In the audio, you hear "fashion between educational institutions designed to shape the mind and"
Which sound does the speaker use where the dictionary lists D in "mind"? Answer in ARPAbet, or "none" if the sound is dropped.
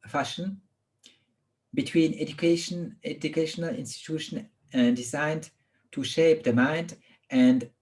D